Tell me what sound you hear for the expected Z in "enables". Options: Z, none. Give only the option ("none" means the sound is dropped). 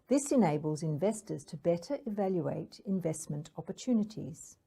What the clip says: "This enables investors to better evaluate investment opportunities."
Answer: Z